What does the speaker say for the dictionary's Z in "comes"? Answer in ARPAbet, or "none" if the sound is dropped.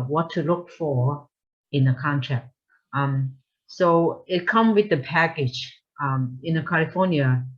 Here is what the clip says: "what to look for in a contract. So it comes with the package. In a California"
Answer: none